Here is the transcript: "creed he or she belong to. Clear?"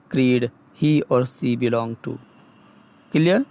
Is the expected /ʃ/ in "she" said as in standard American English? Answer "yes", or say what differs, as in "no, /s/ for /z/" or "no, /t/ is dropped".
no, /s/ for /ʃ/